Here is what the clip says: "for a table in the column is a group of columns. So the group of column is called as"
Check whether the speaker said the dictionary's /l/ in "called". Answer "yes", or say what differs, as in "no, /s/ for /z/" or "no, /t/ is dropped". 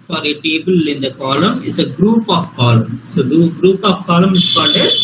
no, /n/ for /l/